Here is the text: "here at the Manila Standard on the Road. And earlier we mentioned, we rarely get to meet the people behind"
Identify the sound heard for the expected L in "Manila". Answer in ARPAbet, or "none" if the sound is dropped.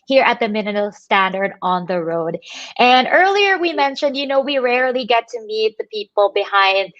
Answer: none